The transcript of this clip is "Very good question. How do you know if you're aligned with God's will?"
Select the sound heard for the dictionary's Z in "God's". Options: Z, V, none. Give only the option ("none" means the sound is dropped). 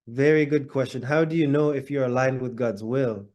Z